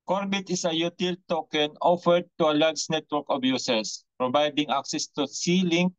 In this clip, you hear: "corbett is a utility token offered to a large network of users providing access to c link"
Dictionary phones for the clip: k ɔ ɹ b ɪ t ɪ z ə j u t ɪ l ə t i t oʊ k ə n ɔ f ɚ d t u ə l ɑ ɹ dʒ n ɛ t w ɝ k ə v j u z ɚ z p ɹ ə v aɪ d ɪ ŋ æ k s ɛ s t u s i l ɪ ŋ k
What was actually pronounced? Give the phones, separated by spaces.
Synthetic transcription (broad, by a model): k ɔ ɹ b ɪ t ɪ s ə j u t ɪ l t t oʊ k ə n ɔ f ɚ d t u ə l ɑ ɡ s n ɛ t w ɝ k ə b j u s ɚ s p ɹ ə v aɪ d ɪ ŋ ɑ k s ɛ s t u s i l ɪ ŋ